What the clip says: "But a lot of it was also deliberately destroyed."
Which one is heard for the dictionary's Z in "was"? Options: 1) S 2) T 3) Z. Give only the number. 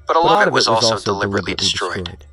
3